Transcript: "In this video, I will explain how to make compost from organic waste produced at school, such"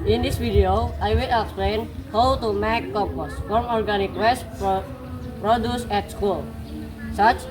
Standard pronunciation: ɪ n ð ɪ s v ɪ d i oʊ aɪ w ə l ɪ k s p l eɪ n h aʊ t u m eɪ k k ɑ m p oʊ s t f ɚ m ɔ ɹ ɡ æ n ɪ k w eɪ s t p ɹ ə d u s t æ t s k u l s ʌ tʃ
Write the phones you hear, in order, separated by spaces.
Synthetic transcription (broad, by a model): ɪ n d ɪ s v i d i oʊ aɪ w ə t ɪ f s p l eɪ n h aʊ t u m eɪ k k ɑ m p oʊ s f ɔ m ɔ ɹ ɡ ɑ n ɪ k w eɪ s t p ɹ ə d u s ɛ t s k u l s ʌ tʃ